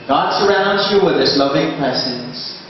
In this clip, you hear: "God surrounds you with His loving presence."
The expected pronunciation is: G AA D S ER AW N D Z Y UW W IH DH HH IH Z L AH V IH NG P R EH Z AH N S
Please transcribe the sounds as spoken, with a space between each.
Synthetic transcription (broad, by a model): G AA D S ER AW N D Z Y UW W IH DH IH S L AH V IH NG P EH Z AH N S